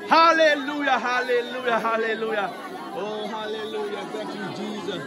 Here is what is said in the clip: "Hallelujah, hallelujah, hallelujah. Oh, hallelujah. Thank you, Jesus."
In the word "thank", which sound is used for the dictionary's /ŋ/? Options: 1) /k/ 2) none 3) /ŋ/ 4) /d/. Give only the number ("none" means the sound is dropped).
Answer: 2